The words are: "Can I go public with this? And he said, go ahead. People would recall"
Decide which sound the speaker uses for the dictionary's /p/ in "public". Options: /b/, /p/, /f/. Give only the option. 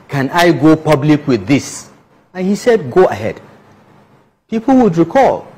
/p/